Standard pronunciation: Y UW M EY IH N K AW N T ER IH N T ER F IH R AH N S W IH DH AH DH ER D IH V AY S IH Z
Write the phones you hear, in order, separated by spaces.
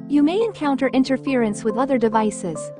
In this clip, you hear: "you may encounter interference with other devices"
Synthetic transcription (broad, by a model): Y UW M EY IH N K AW N T ER IH N T ER F IH R AH N S W IH DH AH DH ER D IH V AY S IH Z